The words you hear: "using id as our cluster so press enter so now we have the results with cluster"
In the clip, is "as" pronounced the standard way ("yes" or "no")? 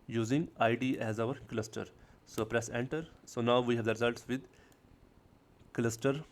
yes